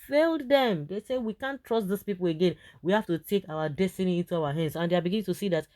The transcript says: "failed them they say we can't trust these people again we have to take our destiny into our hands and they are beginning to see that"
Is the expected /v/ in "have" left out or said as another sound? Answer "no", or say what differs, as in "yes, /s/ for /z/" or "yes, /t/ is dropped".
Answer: yes, /f/ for /v/